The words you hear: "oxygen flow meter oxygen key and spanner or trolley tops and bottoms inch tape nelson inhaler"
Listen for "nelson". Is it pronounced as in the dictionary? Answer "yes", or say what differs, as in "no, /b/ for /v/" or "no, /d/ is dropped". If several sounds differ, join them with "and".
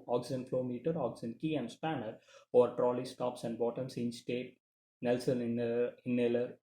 yes